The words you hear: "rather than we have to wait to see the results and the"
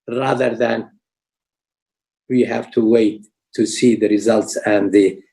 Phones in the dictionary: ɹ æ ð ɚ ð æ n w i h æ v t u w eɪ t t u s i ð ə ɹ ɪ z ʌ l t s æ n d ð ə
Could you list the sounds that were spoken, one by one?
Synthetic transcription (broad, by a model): ɹ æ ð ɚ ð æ n w i h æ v t u w eɪ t t u s i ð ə ɹ ɪ z ʌ l t s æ n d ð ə